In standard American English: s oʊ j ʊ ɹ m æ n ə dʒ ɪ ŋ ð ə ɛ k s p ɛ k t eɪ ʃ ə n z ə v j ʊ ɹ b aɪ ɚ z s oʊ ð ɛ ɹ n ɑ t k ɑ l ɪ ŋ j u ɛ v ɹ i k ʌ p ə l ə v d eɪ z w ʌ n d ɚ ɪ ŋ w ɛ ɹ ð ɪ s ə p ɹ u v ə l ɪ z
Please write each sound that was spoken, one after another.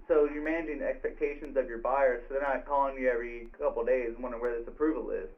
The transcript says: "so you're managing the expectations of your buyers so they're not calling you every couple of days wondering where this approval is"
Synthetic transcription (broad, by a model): s oʊ j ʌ ɹ m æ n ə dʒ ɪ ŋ ɛ k s p ɛ k t eɪ ʃ ə n z ə v j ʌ ɹ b aɪ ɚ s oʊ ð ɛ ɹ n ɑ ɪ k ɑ l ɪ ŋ j u ɛ v ɹ i k ʌ p l d eɪ z w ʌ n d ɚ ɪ w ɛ ɹ ð ɪ s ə p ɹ u v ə l ɪ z